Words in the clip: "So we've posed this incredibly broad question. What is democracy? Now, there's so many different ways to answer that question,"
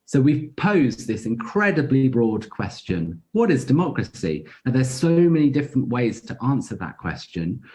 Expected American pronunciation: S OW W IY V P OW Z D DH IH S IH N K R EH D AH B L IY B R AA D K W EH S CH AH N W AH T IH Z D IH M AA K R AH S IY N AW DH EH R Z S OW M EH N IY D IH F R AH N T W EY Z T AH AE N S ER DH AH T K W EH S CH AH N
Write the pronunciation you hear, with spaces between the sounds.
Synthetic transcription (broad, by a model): S OW W IY V P OW Z DH IH S IH N K R EH D AH B L IY B R AA D K W EH S CH AH N W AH T IH Z D IH M AA K R AH S IY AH DH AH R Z S OW M EH N IY D IH F R AH N T W EY Z T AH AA N S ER DH AH T K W EH S CH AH N